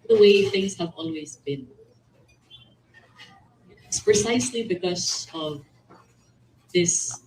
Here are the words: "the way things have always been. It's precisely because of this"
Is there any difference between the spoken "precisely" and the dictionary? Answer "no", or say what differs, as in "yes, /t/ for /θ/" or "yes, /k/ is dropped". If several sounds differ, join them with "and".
no